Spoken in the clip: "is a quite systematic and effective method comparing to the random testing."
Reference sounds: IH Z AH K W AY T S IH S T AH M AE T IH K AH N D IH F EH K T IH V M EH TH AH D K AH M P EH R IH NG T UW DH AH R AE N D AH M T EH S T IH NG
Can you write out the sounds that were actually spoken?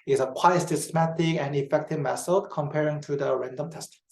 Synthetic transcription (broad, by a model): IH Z AH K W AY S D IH S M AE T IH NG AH N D IH F EH K T IH V M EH S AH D K AH M P EH R IH NG T UW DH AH R AE N D AH M T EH S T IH